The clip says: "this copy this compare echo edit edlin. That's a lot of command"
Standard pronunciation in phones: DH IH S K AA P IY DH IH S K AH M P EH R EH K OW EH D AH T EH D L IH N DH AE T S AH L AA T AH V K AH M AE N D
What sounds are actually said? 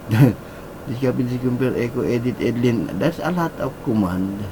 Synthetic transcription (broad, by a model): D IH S K AA P IY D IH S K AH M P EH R EH K OW EH D AH T EH D L IH N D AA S AH L AA T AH P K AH M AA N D